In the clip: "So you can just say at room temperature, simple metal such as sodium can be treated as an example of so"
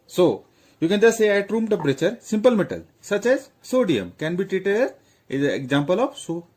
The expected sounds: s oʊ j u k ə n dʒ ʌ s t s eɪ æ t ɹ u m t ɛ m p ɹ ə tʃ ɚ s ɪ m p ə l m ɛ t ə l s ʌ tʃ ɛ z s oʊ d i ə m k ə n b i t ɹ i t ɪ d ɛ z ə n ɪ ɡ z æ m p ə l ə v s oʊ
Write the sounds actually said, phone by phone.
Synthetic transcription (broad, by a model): s oʊ j u k ə n dʒ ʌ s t s eɪ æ t ɹ u m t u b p ɹ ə tʃ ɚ s ɪ m p ə l m ɛ t ə l s ʌ tʃ ɛ z s oʊ d i ə m k ə n b i t ɹ i t ɪ d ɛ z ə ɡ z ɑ m p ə l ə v s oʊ